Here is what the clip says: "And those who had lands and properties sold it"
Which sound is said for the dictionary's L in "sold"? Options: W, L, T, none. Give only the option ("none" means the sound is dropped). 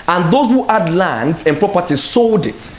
L